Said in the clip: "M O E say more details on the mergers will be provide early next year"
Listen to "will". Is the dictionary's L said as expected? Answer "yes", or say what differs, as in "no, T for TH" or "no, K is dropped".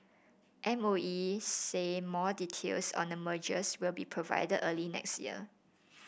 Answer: yes